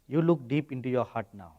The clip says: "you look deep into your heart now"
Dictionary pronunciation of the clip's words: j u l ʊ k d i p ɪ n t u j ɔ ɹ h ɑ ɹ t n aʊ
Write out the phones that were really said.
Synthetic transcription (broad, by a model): j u l ʊ k d i p ɪ n t u j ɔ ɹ h ɑ ɹ t n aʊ